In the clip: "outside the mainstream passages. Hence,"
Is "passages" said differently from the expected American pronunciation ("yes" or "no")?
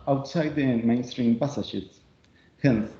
yes